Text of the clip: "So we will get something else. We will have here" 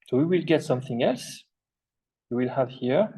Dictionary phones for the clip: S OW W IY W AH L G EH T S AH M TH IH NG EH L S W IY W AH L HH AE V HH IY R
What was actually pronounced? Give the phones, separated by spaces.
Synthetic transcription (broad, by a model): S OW W IY W AH L G EH T S AH M TH IH NG EH L S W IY W AH L HH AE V HH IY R